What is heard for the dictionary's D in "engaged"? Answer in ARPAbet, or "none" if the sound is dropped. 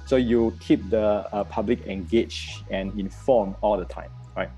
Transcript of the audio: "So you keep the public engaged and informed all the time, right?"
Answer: none